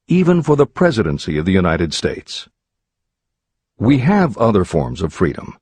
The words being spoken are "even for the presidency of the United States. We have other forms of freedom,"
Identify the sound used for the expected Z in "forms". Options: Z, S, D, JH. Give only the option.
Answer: Z